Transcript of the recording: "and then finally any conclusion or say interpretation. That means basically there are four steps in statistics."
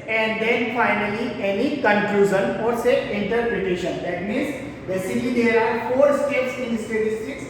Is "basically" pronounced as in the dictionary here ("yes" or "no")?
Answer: no